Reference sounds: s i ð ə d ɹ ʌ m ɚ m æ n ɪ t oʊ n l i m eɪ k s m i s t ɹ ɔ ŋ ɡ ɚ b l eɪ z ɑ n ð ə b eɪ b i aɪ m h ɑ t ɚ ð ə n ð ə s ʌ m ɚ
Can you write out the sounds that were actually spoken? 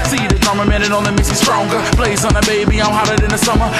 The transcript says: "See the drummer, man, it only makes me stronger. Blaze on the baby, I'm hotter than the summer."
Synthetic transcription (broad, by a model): s i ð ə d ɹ m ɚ m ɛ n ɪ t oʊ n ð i m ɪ s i s t ɹ ɔ ŋ ɡ ɚ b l eɪ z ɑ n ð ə b eɪ b i aɪ m h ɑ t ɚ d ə n ð ə s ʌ m ɚ